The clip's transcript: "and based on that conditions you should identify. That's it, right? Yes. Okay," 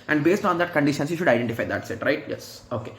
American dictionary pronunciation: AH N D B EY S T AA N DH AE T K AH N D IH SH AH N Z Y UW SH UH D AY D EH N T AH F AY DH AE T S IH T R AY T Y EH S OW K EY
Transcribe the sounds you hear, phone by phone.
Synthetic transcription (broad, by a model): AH N D B EY S T AA N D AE T K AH N D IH SH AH N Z Y UW SH UH D AY D EH N T AH F AY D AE T S IH T R AY T Y EH S OW K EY